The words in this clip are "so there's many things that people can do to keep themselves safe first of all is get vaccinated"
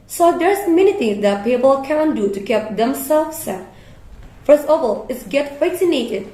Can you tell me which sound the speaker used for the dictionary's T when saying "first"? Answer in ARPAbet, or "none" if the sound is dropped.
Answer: none